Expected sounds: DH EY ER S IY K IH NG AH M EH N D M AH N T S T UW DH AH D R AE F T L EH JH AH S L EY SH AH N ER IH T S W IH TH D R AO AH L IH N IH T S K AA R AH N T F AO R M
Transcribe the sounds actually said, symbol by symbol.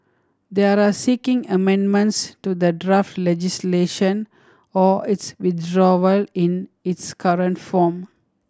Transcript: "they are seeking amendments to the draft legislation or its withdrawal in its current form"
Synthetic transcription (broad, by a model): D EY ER S IY K IH NG AH M EH N D M AH N T S T UW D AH D R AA F T L EH JH AH S L EY SH AH N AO IH T S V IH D R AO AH L IH N IH T S K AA R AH N T F AO M